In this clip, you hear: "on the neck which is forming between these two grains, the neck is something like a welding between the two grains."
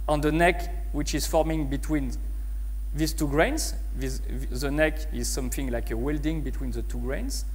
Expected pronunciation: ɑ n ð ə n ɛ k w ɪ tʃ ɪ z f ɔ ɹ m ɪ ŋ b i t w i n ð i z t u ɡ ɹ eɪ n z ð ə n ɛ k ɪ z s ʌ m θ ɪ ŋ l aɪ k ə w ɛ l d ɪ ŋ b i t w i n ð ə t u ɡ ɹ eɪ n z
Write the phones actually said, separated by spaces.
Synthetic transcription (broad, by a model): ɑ n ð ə n ɛ k w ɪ tʃ ɪ z f ɔ ɹ m ɪ ŋ b i t w i n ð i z t u ɡ ɹ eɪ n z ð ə n ɛ k ɪ z s ʌ m θ ɪ ŋ l aɪ k ə w ɛ l d ɪ ŋ b i t w i n ð ə t u ɡ ɹ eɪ n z